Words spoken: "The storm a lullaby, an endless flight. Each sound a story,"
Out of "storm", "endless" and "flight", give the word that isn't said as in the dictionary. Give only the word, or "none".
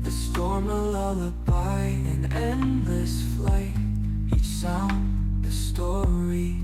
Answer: none